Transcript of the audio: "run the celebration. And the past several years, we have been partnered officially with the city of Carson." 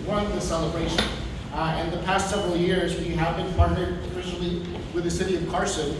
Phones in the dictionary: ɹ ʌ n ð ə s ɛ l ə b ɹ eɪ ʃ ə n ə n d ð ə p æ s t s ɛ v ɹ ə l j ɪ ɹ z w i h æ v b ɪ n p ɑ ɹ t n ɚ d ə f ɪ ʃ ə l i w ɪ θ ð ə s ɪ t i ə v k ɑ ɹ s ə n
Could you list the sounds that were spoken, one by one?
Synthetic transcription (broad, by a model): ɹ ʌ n ð ə s ɛ l ə b ɹ eɪ ʃ ə n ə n ð ə p æ s t s ɛ v ɹ l j ɪ ɹ z w i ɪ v b ɪ n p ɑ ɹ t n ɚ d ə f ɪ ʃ l i w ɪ ð ə s ɪ t i ə v k ɑ ɹ s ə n